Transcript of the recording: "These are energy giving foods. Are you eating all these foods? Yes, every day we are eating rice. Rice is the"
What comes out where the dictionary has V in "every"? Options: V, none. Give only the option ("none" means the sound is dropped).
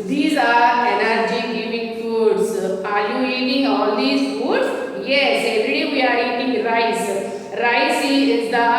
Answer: none